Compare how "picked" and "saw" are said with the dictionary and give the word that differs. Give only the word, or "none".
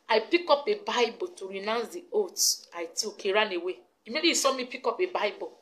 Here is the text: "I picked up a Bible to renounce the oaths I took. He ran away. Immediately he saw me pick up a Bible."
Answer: picked